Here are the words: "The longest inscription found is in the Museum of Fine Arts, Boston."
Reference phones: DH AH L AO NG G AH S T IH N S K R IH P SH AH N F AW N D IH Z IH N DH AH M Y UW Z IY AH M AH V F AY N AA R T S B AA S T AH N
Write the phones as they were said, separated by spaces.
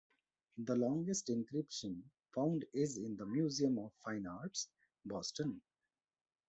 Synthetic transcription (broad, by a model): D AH L AO NG G AH S T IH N K R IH P SH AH N F AW N D IH Z IH N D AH M Y UW Z IY AH M AH V F AY N AA R T S B AA S T AH N